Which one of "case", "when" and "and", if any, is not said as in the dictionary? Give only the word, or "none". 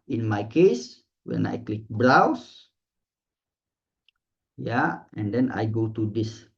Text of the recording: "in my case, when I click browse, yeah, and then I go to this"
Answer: none